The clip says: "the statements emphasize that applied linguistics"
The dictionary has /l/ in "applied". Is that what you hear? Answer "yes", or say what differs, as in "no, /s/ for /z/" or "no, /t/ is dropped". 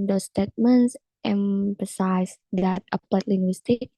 no, /l/ is dropped